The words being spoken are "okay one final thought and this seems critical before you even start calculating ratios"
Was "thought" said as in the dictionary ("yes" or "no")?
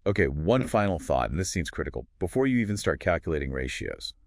yes